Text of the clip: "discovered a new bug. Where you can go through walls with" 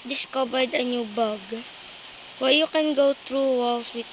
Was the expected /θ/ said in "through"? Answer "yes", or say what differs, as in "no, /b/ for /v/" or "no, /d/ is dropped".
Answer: no, /t/ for /θ/